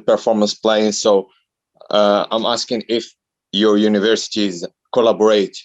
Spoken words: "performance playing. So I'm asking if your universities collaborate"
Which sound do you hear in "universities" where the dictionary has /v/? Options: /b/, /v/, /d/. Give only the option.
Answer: /v/